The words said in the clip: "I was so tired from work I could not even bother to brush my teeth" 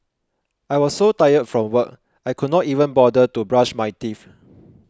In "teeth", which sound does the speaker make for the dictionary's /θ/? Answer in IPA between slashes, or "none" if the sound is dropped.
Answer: /f/